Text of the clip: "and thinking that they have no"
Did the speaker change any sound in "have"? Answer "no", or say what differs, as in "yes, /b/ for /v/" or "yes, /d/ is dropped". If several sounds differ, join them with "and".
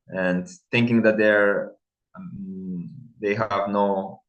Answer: no